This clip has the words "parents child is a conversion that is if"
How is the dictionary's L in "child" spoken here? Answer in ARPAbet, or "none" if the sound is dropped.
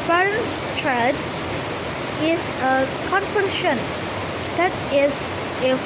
none